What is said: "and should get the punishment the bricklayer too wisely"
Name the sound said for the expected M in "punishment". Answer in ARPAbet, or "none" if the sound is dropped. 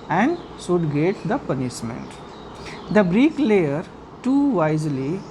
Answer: M